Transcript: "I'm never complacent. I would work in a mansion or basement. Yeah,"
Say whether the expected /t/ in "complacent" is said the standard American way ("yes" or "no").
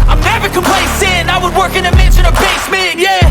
no